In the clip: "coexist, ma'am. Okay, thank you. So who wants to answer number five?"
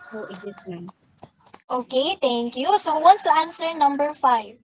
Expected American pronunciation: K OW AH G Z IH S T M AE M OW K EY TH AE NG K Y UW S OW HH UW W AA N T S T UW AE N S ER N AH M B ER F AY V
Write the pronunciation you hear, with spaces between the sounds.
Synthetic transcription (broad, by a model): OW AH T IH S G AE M OW K EY T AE NG K Y UW S OW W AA N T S T UW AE N S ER N AH M B ER F AY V